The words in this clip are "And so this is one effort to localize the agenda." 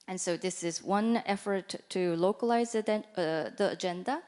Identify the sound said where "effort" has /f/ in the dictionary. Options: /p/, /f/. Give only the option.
/f/